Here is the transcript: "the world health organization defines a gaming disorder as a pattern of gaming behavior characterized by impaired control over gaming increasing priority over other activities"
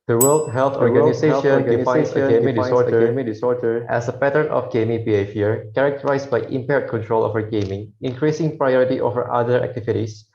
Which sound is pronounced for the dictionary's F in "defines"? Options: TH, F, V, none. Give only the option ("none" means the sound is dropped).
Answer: none